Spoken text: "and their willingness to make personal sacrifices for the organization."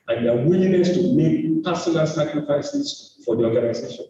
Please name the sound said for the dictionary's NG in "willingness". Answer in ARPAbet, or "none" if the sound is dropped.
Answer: none